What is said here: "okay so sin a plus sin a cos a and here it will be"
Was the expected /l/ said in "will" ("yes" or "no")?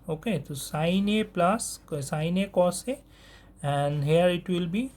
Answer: yes